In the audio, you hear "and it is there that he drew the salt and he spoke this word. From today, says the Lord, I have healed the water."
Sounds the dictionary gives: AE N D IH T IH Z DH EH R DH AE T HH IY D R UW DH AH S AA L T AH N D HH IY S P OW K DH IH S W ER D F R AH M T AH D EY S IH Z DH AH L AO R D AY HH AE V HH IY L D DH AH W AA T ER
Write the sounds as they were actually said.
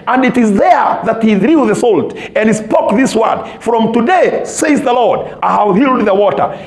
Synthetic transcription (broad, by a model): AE N D IH T IH Z DH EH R DH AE T HH IY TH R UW DH AH S AA L T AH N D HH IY S P OW K DH IH S W ER D F R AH M T AH D EY S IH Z DH AH L AO R D AY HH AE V HH IY L D DH AH W AA T ER